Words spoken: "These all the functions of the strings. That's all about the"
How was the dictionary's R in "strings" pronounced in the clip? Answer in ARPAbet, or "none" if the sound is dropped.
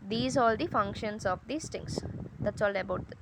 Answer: none